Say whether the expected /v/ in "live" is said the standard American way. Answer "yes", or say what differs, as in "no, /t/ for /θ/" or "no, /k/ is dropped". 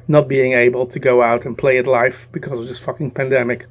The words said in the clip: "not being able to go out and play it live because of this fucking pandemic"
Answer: no, /f/ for /v/